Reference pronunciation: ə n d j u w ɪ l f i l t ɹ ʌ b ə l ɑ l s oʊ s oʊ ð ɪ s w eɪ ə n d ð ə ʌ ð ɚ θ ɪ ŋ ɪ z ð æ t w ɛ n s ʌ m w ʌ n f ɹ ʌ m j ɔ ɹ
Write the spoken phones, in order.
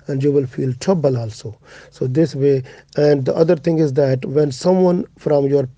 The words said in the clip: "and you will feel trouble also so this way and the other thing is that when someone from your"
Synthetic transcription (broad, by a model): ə n d j u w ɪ l f i l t ʌ b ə l ɑ l s oʊ s oʊ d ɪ s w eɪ ə n d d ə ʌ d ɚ t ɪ ŋ ɪ z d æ t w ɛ n s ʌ m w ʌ n f ɹ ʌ m j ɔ ɹ